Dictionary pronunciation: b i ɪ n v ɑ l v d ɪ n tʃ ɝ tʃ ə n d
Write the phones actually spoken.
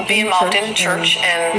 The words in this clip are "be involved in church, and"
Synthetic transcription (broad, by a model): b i ɪ n v ɑ l v d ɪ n tʃ ɝ tʃ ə n